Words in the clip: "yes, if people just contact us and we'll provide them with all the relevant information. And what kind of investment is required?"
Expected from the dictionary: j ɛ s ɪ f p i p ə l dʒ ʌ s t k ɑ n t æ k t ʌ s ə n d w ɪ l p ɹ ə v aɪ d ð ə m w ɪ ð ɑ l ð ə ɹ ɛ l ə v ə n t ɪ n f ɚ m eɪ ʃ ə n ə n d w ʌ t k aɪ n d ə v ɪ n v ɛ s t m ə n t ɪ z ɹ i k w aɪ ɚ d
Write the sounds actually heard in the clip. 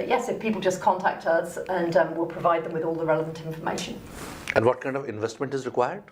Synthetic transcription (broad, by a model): j ɛ s ɪ f p i p ə l dʒ ʌ s k ɑ n t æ k t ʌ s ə n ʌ w ɪ l p ɹ ə v aɪ d ð ə m w ɪ ð ɑ l ð ə ɹ ɛ l ə v ə n t ɪ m f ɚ m eɪ ʃ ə n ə n w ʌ t k aɪ n d ə v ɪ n v ɛ s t m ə n t ɪ z ɹ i k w aɪ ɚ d